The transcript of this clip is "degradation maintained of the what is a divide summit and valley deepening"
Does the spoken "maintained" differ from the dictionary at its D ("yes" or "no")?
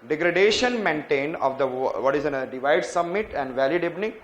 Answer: no